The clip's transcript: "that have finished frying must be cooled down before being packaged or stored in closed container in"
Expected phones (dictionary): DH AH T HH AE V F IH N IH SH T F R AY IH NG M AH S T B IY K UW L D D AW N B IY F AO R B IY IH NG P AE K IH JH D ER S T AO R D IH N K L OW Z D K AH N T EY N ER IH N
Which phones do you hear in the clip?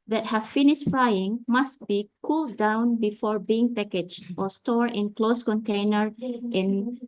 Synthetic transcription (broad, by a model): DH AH T HH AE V F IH N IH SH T F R AY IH NG M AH S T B IY K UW L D D AW N B IY F AO R B IY IH NG P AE K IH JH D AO S T AO R IH N K L OW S K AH N T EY N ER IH N